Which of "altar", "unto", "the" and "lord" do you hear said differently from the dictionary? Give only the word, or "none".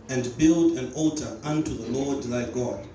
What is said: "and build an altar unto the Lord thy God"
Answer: none